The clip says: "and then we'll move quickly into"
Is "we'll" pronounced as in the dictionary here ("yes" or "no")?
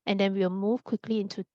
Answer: no